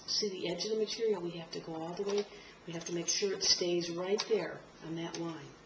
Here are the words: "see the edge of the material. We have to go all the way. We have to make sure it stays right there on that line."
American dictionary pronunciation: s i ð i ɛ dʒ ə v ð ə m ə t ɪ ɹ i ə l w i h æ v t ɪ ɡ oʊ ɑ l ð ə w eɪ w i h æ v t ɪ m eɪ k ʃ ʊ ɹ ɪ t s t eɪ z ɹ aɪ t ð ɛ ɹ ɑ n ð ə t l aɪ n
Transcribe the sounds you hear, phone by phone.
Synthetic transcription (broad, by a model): s i ð i ɛ dʒ ə v ð ə m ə t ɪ ɹ i l w i h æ f t ɪ ɡ oʊ ɑ l ð ə w eɪ w i h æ f t ɪ m eɪ k ʃ ʊ ɹ ɪ t s t eɪ z ɹ aɪ t ð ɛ ɹ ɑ n ð ə t l aɪ n